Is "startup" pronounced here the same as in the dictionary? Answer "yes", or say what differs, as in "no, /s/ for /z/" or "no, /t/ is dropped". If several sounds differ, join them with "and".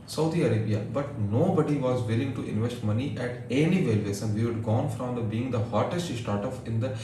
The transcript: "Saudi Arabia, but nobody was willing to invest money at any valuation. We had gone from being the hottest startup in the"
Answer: no, /f/ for /p/